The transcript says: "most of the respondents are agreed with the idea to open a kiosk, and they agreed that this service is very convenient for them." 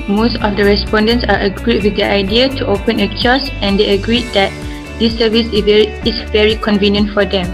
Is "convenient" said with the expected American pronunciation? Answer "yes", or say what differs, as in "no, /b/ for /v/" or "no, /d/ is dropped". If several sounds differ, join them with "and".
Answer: yes